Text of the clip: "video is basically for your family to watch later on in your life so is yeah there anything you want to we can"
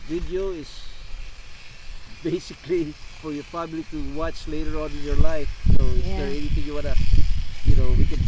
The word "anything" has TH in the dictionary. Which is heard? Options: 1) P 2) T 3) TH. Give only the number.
2